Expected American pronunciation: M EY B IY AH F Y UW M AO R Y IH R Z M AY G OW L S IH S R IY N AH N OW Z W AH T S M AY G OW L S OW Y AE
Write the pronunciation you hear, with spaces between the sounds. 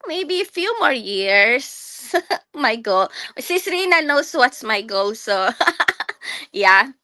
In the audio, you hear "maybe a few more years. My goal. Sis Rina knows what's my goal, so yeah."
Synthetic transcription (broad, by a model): M EY B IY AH F Y UW M AO R Y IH R S M AY G OW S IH S R IY N AH N OW S W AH T S M AY G OW S OW Y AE